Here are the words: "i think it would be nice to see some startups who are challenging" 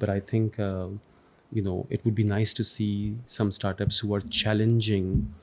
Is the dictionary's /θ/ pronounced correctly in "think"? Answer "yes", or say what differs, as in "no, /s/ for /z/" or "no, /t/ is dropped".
no, /t/ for /θ/